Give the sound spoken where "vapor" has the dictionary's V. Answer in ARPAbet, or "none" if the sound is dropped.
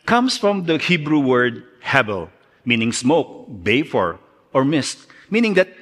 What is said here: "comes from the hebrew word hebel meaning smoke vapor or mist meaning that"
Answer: B